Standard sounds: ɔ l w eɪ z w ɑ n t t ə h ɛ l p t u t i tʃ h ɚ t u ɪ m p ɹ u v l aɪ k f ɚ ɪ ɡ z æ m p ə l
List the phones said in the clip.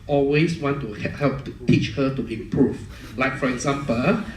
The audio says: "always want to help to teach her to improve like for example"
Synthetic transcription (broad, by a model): ɔ l w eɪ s w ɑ n t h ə h ɛ l p t u t i tʃ h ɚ t u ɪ m p ɹ u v l aɪ k f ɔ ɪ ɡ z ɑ m p ə l